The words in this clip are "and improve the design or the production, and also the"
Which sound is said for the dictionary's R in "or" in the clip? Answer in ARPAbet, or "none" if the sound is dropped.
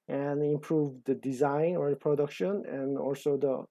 R